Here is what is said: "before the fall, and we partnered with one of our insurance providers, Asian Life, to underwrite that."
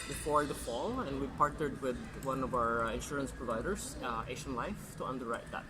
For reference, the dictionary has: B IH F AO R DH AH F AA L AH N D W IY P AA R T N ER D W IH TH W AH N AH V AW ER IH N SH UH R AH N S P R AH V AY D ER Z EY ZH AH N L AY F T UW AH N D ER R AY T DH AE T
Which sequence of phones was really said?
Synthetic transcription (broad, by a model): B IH F AO R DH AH F AA L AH N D W IY P AA R T N ER D W IH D W AH N AH V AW ER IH N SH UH R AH N S P R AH V AY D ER S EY SH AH N L AY F T UW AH N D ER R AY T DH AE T